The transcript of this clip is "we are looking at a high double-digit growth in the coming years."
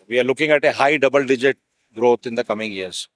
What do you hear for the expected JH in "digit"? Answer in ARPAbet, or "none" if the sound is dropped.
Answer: JH